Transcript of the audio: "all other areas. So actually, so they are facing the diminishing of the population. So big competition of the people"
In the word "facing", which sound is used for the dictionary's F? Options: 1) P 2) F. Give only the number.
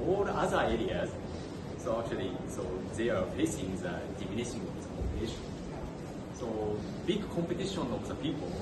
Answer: 1